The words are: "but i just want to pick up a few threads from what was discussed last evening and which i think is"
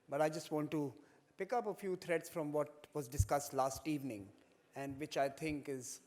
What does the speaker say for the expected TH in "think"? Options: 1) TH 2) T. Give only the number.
2